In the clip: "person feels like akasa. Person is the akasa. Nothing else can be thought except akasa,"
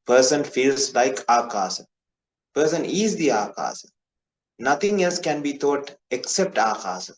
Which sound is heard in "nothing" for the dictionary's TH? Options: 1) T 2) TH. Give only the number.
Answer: 1